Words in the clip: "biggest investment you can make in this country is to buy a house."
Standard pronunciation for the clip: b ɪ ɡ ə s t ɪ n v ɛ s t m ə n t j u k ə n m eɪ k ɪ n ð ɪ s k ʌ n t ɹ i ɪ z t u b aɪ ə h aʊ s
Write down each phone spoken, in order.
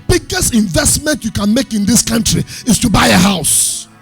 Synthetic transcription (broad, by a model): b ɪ ɡ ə s t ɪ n v ɛ s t m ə n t j u k ə n m eɪ k ɪ n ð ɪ s k ʌ n t ɹ i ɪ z t u b aɪ ə h aʊ s